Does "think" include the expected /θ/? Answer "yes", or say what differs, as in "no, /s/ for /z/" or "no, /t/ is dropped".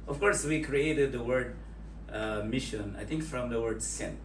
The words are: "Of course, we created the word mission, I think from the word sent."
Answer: no, /t/ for /θ/